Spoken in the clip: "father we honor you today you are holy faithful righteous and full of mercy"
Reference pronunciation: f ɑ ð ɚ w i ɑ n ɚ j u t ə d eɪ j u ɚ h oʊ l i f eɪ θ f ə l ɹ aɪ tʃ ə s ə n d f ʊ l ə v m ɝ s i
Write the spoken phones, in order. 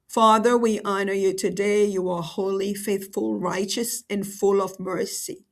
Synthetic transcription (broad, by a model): f ɑ ð ɚ w i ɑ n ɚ j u t ə d eɪ j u ɚ h oʊ l i f eɪ θ f ə l ɹ aɪ tʃ ə s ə n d f ʊ l ə v m ɝ s i